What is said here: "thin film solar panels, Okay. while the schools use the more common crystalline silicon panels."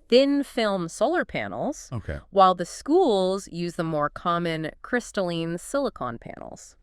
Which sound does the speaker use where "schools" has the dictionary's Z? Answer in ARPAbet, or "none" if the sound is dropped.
Z